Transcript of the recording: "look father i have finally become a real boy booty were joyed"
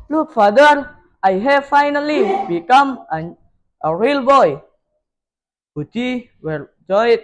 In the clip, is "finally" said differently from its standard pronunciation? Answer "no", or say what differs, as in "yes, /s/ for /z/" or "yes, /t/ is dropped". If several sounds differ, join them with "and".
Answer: no